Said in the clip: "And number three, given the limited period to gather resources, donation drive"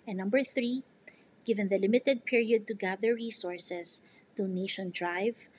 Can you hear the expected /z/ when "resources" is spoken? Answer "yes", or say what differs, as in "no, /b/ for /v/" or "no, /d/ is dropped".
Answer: no, /s/ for /z/